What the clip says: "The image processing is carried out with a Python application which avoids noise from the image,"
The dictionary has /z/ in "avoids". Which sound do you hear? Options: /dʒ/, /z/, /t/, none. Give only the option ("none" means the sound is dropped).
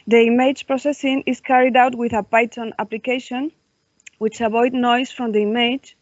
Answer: none